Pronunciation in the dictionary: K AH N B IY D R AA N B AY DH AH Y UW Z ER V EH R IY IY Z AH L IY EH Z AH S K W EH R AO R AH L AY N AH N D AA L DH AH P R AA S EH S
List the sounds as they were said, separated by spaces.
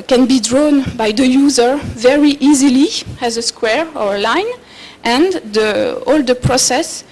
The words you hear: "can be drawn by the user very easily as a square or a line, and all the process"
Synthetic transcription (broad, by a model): K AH N B IY D R AA N B AY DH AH Y UW Z ER V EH R IY IY Z AH L IY EH Z AH S K W EH R AO R AH L AY N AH N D AA L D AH P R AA S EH S